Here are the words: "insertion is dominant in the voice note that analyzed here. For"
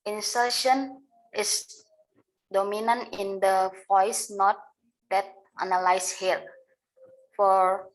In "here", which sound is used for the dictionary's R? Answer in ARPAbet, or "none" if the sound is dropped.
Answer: L